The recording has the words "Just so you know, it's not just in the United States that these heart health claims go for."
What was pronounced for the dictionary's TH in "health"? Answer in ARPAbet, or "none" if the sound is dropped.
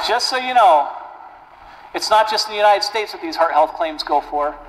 TH